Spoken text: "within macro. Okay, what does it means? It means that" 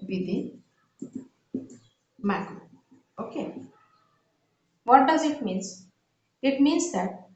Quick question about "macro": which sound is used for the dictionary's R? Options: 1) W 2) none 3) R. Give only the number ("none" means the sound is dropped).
2